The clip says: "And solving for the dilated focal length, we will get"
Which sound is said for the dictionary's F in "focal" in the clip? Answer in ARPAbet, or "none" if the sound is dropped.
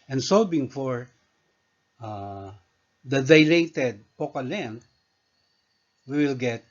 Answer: P